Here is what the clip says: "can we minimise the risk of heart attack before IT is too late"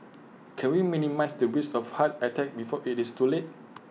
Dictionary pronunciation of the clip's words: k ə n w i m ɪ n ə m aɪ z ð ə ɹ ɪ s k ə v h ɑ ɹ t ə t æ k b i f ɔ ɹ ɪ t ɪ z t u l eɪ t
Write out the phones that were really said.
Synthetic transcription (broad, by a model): k ə n w i m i n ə m aɪ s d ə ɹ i s ə f h ɑ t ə t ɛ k b i f ɔ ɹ ɪ t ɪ s t u l eɪ t